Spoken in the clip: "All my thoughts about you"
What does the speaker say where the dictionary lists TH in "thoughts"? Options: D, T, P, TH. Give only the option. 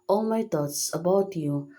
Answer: T